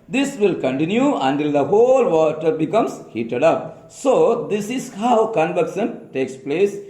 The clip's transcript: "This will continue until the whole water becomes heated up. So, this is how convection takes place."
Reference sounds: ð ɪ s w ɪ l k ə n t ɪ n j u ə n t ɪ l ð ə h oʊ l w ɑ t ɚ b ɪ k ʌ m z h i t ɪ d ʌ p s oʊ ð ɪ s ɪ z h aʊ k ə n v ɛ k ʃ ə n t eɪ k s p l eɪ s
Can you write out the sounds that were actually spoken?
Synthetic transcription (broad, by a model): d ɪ s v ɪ l k ə n t ɪ n j u ə n t ɪ l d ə h oʊ l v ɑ t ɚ b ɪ k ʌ m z h i t ɪ d ʌ p s oʊ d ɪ s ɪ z h aʊ k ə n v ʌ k s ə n t eɪ k s p l eɪ s